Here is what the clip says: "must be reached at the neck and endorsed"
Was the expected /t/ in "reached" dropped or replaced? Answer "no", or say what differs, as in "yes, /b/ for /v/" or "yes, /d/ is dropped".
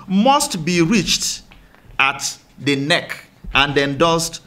no